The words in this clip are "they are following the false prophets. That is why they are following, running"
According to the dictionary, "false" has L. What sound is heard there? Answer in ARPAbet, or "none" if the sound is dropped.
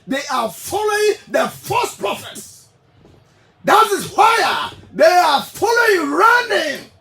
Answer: none